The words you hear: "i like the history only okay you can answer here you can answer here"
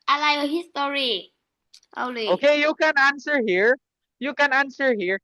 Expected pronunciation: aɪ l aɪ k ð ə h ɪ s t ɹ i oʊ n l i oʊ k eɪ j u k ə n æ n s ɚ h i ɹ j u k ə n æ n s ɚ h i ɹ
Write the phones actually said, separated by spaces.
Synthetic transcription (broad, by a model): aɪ l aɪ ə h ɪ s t ɹ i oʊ l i oʊ k eɪ j u k ə n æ n s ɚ h i ɹ j u k ə n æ n s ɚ h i ɹ